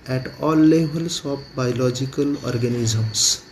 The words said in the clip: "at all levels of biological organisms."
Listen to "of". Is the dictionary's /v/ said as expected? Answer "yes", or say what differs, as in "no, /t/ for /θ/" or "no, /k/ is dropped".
no, /p/ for /v/